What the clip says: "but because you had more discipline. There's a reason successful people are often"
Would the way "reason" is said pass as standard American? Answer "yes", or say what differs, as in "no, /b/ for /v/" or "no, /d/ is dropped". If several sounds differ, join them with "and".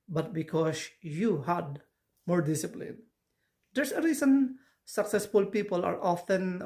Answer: no, /s/ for /z/